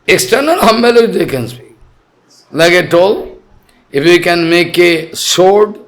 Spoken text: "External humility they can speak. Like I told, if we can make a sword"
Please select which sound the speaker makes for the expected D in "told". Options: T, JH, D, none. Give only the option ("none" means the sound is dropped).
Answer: none